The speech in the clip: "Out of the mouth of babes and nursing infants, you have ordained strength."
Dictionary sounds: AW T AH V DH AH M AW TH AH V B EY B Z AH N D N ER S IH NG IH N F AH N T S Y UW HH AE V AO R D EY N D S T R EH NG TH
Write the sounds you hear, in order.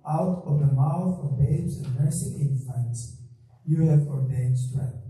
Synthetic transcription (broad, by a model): AW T AH V DH AH M AW TH AH V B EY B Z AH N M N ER S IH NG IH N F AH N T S Y UW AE F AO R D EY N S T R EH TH